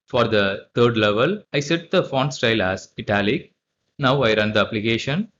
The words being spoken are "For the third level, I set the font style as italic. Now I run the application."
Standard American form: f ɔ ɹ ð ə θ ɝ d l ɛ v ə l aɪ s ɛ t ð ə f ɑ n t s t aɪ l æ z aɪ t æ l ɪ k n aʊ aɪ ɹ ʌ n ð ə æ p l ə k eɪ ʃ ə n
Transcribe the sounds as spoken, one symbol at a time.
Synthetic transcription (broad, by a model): f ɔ ɹ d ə t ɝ d l ɛ v ə l aɪ s ɛ t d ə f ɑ n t s t aɪ l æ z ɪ t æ l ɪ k n aʊ aɪ ɹ ʌ n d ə p l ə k eɪ ʃ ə n